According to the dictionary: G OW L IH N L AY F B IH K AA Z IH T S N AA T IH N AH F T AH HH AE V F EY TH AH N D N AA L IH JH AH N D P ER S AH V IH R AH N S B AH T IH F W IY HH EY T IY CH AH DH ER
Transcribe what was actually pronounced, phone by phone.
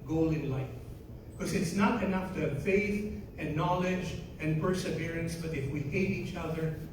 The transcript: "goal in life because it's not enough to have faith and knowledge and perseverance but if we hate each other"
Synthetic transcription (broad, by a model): G OW L IH N L AY F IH K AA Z IH T S N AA T IH N AH F T AH HH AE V F EY TH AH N N AA L IH JH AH N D P ER S AH V IH R AH N S B AH T IH F W IY HH EY T IY CH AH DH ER